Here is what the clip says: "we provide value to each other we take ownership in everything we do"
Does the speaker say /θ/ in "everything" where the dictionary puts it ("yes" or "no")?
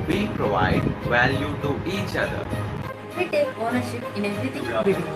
no